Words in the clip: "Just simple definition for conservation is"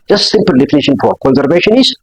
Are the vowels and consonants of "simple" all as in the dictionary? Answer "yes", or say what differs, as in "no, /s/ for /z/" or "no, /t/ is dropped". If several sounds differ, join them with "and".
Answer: yes